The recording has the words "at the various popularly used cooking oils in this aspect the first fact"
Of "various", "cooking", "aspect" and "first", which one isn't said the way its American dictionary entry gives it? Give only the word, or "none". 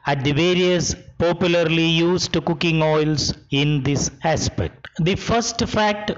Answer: none